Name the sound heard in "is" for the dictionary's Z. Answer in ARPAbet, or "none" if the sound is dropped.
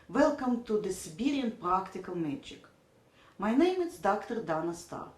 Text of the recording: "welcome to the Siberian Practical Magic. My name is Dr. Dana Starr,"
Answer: S